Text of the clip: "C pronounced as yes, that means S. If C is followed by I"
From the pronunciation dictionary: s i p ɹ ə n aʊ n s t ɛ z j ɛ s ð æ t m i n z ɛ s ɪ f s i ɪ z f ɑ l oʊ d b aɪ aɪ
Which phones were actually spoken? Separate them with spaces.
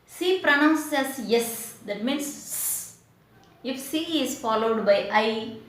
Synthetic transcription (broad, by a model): s i p ɹ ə n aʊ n s ɛ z j ɛ s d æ t m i n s ɪ f s i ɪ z f ɑ l oʊ d b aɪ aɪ